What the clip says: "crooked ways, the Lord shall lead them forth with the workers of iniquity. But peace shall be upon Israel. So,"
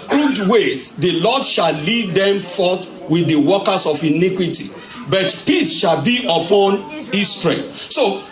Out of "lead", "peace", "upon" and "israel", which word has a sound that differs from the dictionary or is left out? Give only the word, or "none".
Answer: israel